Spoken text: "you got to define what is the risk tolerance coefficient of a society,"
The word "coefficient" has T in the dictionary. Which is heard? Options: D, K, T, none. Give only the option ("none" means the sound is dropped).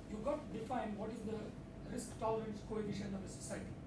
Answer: none